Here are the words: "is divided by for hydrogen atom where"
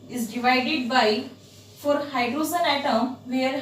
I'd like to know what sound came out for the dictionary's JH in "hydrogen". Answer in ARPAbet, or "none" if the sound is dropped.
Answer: Z